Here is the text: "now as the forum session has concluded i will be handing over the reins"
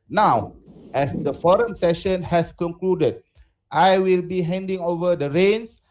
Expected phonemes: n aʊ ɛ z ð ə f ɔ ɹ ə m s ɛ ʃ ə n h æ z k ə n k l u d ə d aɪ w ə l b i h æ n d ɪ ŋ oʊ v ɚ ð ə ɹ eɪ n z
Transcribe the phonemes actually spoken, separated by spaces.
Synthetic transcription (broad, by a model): n aʊ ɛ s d ə f ɔ ɹ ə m s ɛ ʃ ə n h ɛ s k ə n k l u d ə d aɪ w ə l b i h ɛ n d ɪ ŋ oʊ v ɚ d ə ɹ eɪ n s